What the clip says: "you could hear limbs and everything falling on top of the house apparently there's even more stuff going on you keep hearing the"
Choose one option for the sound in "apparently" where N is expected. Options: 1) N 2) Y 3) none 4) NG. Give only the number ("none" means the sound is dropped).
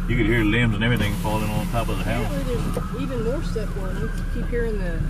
3